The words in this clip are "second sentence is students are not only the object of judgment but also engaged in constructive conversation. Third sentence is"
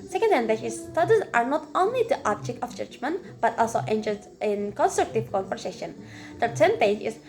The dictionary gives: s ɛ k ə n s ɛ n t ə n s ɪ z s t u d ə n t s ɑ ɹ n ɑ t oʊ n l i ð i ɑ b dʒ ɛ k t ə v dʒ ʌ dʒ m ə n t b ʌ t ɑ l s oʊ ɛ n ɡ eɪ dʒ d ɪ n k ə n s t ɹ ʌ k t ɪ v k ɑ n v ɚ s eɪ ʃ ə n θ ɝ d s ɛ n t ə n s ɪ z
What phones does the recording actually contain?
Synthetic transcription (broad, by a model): s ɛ k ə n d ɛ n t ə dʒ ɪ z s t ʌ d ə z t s ɑ ɹ n ɑ t oʊ n l i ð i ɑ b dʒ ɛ k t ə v dʒ ʌ dʒ m ə n t b ʌ t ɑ l s oʊ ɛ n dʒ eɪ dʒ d ɪ n k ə n s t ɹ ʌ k t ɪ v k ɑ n p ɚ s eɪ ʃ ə n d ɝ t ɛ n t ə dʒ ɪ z